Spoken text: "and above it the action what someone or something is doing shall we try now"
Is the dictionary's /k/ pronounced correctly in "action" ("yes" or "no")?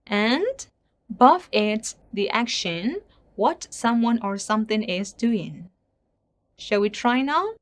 yes